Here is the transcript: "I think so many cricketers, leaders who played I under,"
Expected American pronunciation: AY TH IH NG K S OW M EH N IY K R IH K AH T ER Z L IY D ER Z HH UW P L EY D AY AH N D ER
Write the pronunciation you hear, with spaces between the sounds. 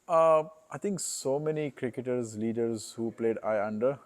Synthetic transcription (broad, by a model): AY T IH NG K S OW M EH N IY K R IH K AH T ER Z L IY D ER Z HH UW P L EY D AY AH N D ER